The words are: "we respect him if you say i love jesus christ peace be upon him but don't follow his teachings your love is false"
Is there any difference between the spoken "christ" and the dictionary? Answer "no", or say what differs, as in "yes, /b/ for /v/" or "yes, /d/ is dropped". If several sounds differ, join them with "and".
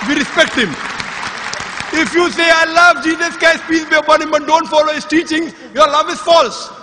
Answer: yes, /ɹ/ is dropped